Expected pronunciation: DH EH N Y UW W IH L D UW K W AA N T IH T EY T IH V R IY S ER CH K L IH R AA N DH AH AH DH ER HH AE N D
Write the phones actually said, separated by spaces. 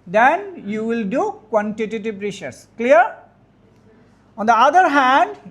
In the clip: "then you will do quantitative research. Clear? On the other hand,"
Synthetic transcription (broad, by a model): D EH N Y UW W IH L D UW K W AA N T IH T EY T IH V R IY SH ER S K L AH R AA N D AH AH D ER HH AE N D